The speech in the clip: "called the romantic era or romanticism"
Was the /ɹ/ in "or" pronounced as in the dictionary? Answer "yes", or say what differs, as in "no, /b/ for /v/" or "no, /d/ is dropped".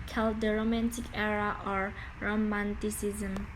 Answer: yes